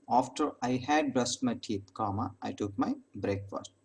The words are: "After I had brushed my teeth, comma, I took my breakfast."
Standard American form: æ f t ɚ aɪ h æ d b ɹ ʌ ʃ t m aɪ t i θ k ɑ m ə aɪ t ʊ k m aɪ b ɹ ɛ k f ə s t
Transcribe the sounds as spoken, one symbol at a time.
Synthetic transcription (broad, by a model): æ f t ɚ aɪ h æ d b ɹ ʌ s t m aɪ t i t k ɑ m ə aɪ t ʊ k m aɪ b ɹ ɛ k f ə s t